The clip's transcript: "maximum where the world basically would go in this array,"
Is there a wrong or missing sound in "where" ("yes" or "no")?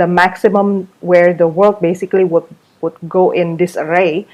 no